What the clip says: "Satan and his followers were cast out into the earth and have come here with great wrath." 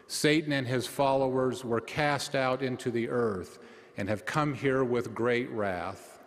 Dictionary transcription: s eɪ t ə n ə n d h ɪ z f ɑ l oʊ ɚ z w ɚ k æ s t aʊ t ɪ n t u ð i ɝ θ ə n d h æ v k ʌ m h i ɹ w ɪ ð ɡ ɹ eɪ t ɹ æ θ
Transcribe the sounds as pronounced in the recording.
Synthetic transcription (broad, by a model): s eɪ t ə n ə n ɪ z f ɑ l oʊ ɚ z w ɚ k æ s t aʊ t ɪ n t u ð i ɝ θ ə n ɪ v k ʌ m h i ɹ w ɪ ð ɡ ɹ eɪ t ɹ æ θ